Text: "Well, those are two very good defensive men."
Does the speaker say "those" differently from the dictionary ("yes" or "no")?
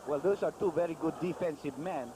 yes